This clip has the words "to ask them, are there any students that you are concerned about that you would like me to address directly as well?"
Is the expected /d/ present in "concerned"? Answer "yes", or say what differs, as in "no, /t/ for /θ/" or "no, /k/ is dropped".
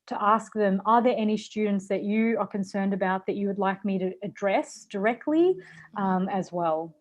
yes